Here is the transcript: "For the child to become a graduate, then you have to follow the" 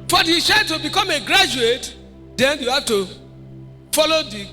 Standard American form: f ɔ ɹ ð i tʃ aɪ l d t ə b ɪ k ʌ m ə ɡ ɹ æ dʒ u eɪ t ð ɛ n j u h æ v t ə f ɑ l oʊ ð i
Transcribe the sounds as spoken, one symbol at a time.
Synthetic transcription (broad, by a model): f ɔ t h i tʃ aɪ d t ə b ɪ k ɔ m ə ɡ ɹ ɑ dʒ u eɪ t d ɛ n j u h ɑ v t ə f ɑ l oʊ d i